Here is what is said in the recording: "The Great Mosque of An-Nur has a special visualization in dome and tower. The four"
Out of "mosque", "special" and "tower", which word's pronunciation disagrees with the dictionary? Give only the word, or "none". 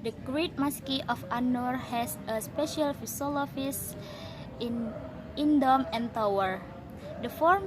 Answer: none